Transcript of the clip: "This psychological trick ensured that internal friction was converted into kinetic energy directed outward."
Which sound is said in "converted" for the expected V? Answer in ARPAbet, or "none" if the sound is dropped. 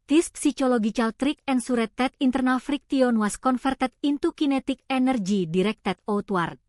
F